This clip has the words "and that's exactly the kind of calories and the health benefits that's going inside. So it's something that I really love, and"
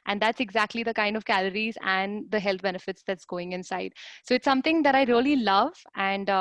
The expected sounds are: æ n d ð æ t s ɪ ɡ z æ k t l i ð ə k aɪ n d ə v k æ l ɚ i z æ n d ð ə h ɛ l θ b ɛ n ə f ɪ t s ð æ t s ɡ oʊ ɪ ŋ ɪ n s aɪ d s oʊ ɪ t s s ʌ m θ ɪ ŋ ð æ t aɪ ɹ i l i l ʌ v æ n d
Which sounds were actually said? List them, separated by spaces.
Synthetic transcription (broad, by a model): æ n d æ t s ɪ ɡ z æ k t l i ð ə k aɪ n d ə v k æ l ɚ i z æ n d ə h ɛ l t b ɛ n ə f ɪ t s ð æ t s ɡ oʊ ɪ ŋ ɪ n s aɪ d s oʊ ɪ t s s ʌ m t ɪ ŋ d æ t aɪ ɹ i l i l ʌ v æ n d